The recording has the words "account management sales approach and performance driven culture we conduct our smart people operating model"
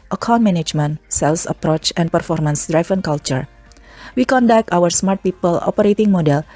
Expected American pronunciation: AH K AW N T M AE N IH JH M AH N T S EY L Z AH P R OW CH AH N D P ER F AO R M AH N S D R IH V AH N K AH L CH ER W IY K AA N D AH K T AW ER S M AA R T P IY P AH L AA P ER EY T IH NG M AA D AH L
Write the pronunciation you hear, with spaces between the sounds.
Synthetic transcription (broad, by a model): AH K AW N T M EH N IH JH M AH N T S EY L S AH P R OW CH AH N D P ER F AO R M AH N S D R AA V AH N K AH L CH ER W IY K AA N D AH K T AW ER S M AA R T P IY P AH L AA P ER EY T IH NG M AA D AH L